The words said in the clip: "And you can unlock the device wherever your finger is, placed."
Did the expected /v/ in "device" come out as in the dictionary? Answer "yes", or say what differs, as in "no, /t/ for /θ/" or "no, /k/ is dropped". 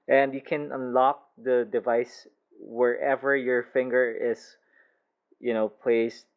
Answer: yes